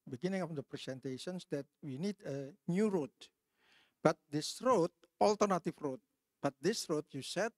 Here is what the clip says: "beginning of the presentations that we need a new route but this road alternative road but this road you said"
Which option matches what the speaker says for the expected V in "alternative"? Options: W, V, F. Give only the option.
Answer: F